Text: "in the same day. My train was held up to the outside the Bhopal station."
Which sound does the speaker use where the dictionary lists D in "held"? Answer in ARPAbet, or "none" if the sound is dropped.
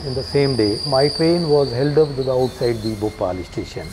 D